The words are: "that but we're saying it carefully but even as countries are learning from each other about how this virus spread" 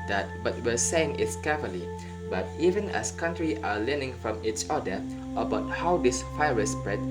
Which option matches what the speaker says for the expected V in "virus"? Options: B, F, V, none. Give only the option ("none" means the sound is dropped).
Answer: F